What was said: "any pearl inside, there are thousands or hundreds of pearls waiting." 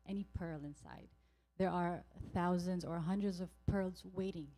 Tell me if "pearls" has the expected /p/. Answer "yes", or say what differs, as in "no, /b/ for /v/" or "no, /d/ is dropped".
yes